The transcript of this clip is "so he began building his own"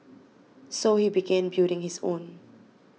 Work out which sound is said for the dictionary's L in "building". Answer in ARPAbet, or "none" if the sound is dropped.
none